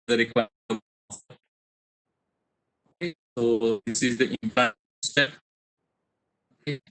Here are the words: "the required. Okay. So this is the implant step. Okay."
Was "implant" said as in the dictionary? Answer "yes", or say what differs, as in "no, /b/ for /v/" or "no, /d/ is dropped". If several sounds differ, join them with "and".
no, /l/ is dropped